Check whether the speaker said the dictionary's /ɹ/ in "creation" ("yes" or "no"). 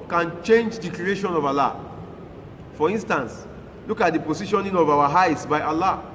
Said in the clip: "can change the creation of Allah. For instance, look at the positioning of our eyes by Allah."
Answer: no